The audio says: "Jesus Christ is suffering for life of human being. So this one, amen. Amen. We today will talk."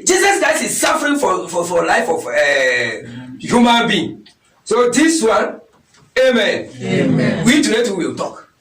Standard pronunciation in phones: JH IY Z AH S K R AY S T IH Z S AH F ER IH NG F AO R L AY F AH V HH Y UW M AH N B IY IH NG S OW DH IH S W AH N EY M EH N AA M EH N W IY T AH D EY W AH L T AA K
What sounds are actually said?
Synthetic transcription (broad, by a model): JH IY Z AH S K R AY S T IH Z S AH F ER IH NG F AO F L AY F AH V HH Y UW M AH N B IY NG S OW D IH S W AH N EY M EH N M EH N W IY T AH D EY W AH L T AA K